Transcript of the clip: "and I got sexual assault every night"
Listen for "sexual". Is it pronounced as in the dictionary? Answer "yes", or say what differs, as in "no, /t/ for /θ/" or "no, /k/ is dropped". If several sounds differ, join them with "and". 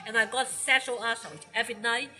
no, /k/ is dropped